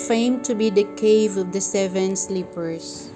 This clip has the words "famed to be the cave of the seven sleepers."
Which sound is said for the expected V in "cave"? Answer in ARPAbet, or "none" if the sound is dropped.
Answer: V